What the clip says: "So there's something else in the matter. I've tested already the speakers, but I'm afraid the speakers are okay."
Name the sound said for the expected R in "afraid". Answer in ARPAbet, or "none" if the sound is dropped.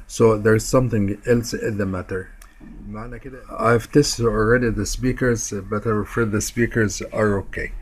none